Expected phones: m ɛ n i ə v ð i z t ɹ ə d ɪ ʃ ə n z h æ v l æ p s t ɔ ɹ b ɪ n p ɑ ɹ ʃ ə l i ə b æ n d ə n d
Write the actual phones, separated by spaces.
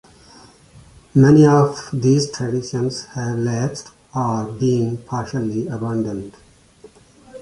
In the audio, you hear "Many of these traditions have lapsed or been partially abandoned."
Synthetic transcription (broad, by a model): m ɛ n i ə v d i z t ɹ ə d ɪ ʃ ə n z h æ v l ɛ s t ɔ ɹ b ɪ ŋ p ɑ ɹ ʃ ə l i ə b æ n d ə n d